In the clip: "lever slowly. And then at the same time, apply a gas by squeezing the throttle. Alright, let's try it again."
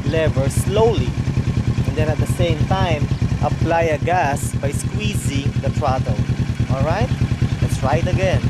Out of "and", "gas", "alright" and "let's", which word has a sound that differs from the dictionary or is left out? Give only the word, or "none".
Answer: none